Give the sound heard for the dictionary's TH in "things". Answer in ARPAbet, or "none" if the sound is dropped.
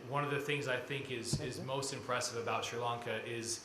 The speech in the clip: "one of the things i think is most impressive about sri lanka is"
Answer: TH